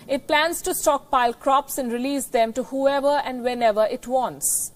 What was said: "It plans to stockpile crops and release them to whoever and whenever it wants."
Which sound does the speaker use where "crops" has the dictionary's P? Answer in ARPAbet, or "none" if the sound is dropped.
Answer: P